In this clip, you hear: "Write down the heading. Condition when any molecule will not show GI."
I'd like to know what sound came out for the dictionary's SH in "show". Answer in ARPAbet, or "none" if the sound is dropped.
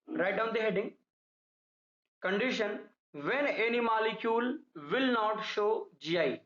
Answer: SH